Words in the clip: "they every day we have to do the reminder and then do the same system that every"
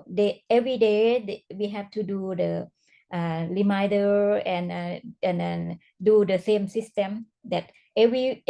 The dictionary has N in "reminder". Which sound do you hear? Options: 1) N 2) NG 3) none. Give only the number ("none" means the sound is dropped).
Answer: 3